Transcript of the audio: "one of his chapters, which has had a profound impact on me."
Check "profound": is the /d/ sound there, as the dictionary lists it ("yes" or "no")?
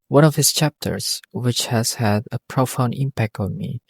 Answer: no